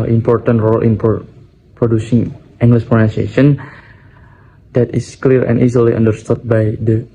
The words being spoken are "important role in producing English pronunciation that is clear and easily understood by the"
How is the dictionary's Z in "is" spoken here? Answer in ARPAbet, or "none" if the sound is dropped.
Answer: S